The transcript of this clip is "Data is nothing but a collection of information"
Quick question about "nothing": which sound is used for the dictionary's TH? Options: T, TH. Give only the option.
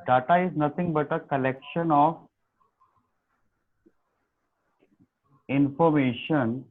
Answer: T